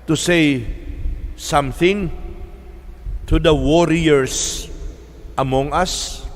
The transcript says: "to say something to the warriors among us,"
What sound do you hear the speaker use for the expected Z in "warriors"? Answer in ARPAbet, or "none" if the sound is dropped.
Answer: S